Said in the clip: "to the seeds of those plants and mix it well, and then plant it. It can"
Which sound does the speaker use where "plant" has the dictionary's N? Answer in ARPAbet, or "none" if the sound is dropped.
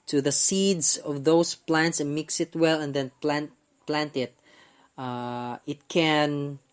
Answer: N